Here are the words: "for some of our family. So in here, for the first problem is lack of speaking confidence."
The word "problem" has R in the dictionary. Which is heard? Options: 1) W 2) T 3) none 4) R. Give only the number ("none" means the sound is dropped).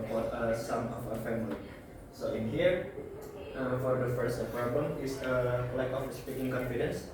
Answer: 3